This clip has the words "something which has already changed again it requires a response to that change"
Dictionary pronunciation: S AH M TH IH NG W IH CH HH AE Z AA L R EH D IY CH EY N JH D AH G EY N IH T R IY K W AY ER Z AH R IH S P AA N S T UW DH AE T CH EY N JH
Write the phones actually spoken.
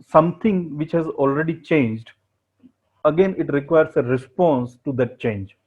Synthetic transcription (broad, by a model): S AH M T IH NG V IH CH HH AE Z AA L R EH D IY CH EY N JH D AH G EY N IH T R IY K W AY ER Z AH R IH S P AA N S T UW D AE T CH EY N JH